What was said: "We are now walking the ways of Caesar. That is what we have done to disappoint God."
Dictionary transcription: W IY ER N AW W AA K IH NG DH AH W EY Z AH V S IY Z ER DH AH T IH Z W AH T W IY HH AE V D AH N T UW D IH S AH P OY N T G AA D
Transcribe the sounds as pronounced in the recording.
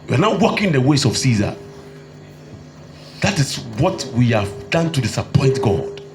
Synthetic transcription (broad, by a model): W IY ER N AW W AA K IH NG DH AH W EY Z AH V S IY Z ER DH AH T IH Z W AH T W IY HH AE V D AH N T UW D IH S AH P OY N T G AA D